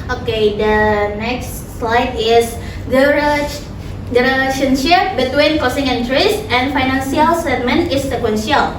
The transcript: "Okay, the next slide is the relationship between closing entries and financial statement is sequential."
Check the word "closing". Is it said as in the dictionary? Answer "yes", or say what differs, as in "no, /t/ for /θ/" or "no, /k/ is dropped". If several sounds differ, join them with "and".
no, /l/ is dropped and /s/ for /z/